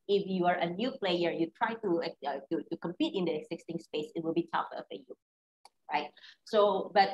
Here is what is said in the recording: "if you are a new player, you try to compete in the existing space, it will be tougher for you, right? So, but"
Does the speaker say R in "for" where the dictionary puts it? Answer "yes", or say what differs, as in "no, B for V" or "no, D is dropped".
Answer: no, L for R